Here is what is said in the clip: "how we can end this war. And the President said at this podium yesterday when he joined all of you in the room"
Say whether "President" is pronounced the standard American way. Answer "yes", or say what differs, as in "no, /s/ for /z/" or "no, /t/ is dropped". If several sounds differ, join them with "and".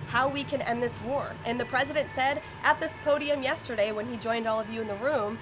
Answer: yes